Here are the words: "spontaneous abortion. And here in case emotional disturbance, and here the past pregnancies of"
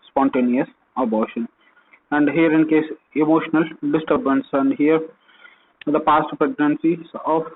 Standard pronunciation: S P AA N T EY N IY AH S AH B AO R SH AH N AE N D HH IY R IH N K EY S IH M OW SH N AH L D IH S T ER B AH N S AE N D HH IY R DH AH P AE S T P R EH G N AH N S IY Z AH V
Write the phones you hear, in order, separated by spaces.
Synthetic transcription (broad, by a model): S P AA N T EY N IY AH S AH B AO R SH AH N AE N D HH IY R IH N K EY S IH M OW SH N AH L D IH S T ER B AH N S AE N D HH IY R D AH P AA S T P R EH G N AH N S IY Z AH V